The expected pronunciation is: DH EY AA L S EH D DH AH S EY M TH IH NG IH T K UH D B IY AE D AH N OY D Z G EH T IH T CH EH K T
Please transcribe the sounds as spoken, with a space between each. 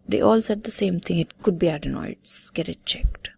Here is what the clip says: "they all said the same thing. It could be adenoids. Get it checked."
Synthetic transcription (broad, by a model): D EY AA L S EH D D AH S EY M T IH NG IH T K UH D B IY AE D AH N OY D S G EH T IH T CH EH K T